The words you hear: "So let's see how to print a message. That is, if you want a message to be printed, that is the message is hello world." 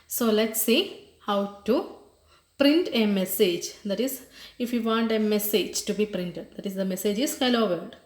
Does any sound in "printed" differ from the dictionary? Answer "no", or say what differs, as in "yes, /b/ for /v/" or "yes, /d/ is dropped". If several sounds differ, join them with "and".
no